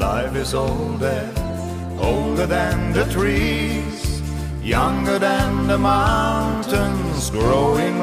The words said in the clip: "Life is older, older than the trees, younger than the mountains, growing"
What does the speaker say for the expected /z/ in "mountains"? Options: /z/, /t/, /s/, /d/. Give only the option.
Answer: /z/